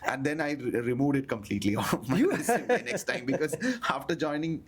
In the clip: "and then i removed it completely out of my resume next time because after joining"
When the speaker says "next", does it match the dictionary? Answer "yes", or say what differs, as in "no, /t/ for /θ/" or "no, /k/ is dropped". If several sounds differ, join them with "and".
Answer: no, /k/ is dropped